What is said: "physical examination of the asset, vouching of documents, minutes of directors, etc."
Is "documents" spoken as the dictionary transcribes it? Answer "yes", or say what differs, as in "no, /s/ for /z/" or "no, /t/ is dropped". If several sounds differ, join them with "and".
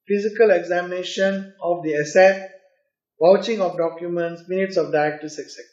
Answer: yes